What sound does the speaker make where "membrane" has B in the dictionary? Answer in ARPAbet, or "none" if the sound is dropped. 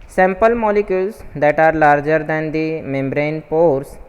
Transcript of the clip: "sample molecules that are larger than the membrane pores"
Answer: B